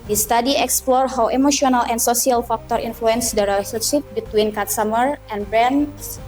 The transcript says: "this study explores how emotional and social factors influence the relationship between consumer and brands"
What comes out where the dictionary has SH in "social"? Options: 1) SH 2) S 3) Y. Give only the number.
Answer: 2